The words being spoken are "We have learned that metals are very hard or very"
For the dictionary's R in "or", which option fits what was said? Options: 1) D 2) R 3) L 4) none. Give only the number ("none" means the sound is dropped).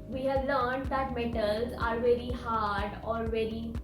2